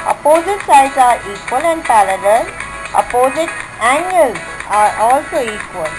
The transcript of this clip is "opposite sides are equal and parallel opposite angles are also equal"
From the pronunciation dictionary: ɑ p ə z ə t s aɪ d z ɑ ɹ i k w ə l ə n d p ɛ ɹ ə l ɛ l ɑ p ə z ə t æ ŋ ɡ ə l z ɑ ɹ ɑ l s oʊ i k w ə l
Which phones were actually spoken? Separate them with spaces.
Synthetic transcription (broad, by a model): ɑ p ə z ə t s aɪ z ɑ ɹ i k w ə l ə n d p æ l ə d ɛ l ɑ p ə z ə t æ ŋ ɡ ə l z ɑ ɹ ɑ l s oʊ i k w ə l